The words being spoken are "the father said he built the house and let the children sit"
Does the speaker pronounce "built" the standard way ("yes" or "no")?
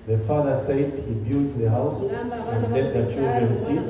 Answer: no